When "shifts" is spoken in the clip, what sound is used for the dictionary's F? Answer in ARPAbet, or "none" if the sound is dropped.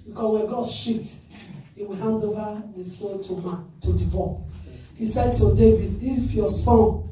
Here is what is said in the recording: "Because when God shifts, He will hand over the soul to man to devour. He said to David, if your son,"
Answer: none